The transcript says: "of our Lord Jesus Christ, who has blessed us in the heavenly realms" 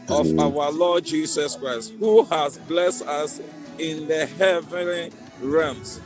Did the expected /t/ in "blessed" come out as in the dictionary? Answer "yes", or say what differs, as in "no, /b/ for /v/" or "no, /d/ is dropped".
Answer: yes